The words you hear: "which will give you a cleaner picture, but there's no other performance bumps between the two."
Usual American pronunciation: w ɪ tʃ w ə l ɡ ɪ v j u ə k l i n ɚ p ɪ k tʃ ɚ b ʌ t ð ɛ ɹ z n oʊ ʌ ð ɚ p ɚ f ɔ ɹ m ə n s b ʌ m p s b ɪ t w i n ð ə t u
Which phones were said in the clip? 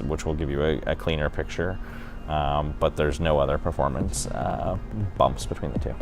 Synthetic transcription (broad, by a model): w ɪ tʃ w ə l ɡ ɪ v j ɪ ə k l i n ɚ p ɪ k tʃ ɚ b ʌ t ð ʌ ɹ z n oʊ ʌ ð ɚ p ɚ f ɔ ɹ m ə n s b ʌ m p s b ɪ t w i n ð ə t u